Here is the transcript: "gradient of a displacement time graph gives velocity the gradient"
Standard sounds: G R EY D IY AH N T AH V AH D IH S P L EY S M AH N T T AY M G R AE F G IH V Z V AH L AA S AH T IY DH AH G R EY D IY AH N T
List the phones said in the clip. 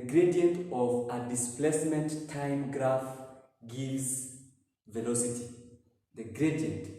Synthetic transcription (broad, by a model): G R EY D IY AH N T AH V AH D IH S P L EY S M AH N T T AY M G R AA F G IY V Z V AH L AA S AH T IY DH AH G R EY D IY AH N T